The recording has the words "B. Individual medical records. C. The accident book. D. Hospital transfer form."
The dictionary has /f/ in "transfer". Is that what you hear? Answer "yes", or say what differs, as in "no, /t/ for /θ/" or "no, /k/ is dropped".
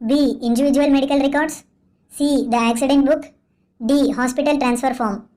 yes